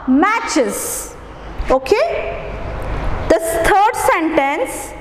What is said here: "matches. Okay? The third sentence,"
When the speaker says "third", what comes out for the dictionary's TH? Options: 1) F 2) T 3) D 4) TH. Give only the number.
2